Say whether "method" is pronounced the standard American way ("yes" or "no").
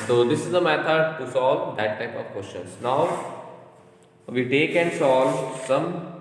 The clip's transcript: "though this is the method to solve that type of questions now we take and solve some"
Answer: no